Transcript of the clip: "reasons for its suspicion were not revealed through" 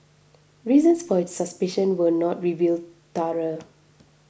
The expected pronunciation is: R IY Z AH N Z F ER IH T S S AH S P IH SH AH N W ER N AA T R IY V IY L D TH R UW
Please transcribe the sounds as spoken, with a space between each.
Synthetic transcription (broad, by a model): R IY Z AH N S F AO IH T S S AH S P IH SH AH N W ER N AA T R IY V IY L D T R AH